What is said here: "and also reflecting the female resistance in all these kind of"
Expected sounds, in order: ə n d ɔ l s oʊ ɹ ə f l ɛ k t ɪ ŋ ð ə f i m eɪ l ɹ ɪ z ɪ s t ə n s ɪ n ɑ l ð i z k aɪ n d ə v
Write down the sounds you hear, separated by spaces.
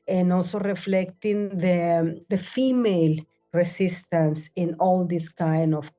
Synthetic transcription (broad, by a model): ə n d ɔ l s oʊ ɹ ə f l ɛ k t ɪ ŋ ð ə f i m eɪ l ɹ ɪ s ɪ s t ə n s ɪ n ɑ l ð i s k aɪ n d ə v